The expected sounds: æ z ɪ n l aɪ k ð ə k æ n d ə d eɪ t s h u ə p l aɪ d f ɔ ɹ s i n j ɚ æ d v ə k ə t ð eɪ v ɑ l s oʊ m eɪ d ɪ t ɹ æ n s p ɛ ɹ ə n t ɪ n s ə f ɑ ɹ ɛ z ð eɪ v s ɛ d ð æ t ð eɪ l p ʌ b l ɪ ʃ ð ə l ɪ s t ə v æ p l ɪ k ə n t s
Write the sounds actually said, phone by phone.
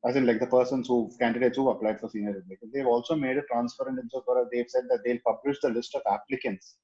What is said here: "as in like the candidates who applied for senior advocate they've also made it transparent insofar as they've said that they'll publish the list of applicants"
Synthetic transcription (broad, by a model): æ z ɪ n l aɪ k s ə k æ n d ə d eɪ t s h u ə p l aɪ d f ɔ ɹ s i n j ɚ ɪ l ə ə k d eɪ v ɑ l s oʊ m eɪ d ɪ t ɹ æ n s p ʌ ɹ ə n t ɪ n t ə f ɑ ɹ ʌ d eɪ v s ɛ d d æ t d eɪ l p ʌ b l ɪ ʃ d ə l ɪ s t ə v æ p l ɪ k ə n t s